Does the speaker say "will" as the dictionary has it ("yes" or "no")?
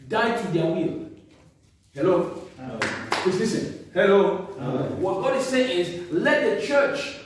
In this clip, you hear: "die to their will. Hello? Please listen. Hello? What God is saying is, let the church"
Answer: yes